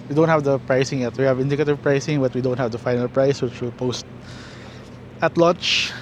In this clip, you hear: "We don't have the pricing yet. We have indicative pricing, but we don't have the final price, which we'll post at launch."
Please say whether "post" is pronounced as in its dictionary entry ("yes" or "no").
yes